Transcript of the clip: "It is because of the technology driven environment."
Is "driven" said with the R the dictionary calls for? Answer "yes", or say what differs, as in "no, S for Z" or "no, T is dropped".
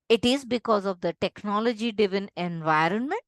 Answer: no, R is dropped